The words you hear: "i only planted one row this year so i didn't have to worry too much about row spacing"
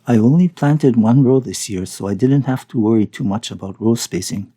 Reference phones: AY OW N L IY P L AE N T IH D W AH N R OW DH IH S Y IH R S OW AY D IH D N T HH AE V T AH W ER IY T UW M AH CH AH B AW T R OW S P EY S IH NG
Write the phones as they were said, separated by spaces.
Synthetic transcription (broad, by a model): AY OW N L IY P L AE N T IH D W AH N R OW DH IH S Y IH R S OW AY D IH D N T HH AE F T AH W ER IY T UW M AH CH AH B AW T R OW S P EY S IH NG